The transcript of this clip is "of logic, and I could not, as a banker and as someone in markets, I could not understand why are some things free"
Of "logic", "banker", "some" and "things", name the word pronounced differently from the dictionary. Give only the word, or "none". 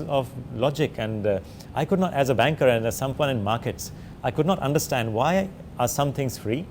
things